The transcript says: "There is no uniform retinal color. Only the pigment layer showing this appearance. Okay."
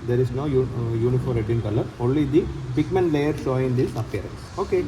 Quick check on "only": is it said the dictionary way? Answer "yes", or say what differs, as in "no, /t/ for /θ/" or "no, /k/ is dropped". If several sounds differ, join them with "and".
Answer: yes